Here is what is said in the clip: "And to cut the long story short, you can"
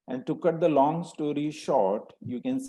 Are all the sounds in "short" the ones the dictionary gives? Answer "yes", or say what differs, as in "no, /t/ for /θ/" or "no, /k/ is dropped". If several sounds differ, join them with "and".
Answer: yes